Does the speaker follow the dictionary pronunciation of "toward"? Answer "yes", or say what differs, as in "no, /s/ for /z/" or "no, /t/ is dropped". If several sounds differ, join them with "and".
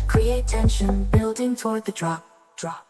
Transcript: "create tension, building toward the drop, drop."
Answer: yes